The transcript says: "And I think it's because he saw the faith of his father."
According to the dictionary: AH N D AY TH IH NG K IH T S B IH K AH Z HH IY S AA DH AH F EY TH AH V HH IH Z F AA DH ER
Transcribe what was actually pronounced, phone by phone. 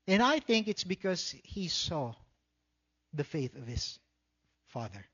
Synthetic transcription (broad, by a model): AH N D AY TH IH NG K IH T S B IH K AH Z HH IY S AA DH AH F EY TH AH V HH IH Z F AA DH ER